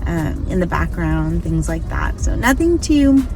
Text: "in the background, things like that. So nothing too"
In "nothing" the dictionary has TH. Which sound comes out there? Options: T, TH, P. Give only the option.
TH